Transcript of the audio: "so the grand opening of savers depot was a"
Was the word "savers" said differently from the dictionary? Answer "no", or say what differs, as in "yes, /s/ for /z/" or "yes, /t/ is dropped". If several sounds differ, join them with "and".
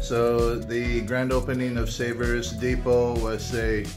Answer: no